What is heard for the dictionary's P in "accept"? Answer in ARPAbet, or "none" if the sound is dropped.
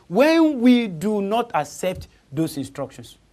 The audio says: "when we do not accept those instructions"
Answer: P